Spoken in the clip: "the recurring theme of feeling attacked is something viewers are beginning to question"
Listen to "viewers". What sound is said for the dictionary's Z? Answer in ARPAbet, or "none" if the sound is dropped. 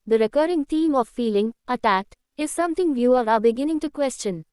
none